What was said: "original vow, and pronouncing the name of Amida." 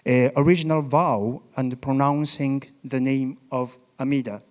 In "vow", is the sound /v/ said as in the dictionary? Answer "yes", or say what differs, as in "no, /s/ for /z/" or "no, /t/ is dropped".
yes